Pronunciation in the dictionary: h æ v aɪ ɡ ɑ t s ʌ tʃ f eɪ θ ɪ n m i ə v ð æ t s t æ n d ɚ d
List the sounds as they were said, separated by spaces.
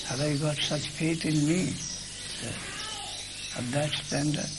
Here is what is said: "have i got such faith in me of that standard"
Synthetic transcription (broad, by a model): h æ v aɪ ɡ ɑ t s ʌ tʃ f eɪ t ɪ n m i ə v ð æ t s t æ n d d